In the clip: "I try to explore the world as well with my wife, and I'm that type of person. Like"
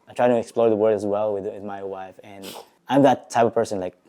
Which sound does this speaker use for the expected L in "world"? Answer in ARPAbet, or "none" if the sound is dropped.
none